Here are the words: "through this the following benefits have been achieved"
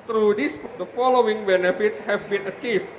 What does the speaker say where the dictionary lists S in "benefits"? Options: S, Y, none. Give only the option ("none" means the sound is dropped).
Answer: none